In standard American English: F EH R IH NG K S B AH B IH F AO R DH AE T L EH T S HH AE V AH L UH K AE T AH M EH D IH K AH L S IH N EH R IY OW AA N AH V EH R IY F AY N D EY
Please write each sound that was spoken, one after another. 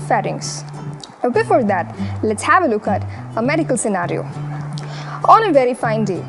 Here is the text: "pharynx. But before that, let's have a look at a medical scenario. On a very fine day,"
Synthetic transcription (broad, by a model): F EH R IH NG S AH B IH F AO R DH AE T L EH T S HH AE V AH L UH K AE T AH M EH D IH K AH L S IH N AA R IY OW AA N AH V EH R IY F AY N D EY